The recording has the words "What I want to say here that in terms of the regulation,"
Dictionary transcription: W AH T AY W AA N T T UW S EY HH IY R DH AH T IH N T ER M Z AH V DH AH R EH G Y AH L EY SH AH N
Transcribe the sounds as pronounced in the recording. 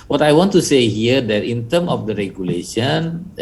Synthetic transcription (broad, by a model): W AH T AY W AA N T T UW S EY HH IY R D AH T IH N T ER M AH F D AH R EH G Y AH L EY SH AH N